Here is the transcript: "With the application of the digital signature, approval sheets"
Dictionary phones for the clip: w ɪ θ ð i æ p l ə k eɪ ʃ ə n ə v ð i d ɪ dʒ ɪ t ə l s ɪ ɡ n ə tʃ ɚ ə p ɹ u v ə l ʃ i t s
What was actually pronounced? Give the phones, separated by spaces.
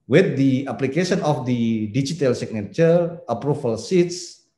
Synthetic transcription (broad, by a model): w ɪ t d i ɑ p l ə k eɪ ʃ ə n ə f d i d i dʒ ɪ t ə l s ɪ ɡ n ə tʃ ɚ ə p ɹ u f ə l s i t s